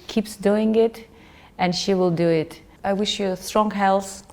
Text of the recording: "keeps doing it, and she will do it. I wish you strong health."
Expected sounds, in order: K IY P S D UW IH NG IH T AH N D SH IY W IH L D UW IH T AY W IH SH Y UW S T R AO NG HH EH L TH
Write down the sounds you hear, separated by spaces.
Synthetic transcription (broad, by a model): K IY P S D UW IH NG IH T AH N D SH IY W IH L D UW IH T AY W IH SH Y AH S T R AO NG HH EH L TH